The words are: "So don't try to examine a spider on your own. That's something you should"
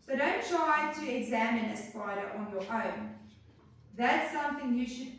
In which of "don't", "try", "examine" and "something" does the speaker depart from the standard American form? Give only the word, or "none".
none